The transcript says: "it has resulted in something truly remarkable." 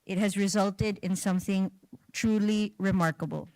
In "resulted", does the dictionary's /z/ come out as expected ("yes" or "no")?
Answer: yes